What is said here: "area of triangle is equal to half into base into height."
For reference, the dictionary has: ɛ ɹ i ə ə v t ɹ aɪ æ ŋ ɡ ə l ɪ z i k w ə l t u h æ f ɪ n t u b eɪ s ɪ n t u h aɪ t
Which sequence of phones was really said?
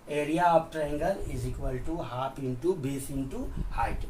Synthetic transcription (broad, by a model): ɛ ɹ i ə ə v t ɹ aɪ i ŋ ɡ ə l ɪ z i k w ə l t u h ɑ p ɪ n t u b eɪ s ɪ n t u h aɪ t